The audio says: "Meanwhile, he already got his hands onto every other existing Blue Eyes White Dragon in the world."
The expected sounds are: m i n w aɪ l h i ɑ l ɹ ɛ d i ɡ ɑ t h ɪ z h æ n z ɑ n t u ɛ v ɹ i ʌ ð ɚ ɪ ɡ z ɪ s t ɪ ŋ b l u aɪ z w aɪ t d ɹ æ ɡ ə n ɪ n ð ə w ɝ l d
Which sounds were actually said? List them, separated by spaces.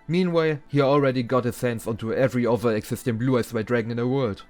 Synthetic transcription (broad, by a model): m i n w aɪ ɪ h i ɑ l ɹ ɛ d i ɡ ɑ t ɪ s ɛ n s ɑ n t u ɛ v ɹ i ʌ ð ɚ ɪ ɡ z ɪ s t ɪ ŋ b l u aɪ s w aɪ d ɹ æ ɡ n ɪ n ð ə w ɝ l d